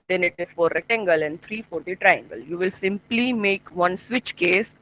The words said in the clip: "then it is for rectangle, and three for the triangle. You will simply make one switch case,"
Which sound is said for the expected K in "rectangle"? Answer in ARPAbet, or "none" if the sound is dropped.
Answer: none